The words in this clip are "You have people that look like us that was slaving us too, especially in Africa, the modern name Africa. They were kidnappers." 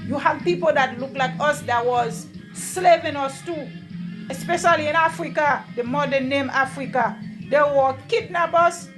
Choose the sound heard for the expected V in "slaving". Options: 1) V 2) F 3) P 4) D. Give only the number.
3